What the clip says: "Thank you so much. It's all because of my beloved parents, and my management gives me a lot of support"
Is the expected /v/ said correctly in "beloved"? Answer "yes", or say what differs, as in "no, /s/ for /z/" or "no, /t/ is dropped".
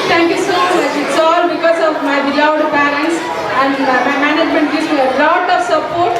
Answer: no, /w/ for /v/